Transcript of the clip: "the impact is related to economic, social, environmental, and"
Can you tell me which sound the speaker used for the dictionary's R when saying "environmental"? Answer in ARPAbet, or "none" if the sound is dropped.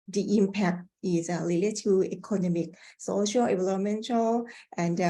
L